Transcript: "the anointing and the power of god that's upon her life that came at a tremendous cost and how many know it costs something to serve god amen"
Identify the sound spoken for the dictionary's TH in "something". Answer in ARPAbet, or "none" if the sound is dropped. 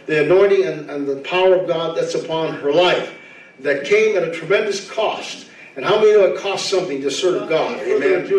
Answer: TH